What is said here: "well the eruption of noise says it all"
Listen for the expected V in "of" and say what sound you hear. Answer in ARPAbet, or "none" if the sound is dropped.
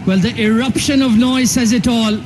V